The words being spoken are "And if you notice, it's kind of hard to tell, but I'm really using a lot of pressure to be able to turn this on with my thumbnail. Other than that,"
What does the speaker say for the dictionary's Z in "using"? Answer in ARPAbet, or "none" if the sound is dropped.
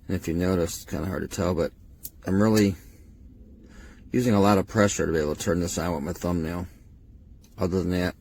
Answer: Z